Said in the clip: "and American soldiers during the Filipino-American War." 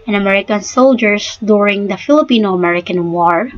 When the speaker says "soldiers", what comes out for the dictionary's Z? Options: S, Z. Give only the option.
S